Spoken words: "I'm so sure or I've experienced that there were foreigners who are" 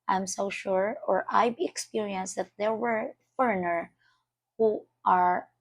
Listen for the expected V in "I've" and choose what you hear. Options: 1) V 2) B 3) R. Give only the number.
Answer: 2